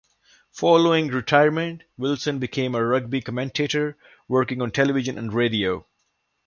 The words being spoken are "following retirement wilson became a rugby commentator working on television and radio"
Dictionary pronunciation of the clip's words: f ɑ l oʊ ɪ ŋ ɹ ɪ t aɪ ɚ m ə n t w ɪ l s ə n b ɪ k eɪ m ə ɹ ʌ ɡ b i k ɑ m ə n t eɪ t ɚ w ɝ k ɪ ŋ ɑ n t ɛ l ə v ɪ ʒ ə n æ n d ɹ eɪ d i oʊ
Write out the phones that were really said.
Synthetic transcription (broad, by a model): f ɑ l oʊ ɪ ŋ ɹ ɪ t aɪ ɚ m ə n t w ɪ l s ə n b ɪ k eɪ m ə ɹ ʌ ɡ b i k ɑ m ə n t eɪ t ɚ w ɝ k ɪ ŋ ɑ n t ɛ l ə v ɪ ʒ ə n æ n d ɹ eɪ d i oʊ